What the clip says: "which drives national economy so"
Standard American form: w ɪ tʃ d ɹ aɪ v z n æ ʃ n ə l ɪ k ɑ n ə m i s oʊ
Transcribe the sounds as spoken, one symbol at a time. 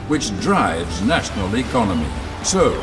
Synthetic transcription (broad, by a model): w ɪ tʃ d ɹ aɪ v z n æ ʃ n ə l ɪ k ɑ n ə m i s oʊ